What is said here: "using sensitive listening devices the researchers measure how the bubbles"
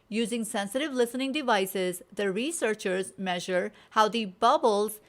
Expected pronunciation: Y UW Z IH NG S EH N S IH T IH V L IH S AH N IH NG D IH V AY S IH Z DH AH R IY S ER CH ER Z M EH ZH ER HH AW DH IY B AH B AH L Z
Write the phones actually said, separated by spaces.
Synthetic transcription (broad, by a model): Y UW Z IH NG S EH N S IH T IH V L IH S AH N IH NG D IH V AY S IH Z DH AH R IY S ER CH ER Z M EH ZH ER HH AW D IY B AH B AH L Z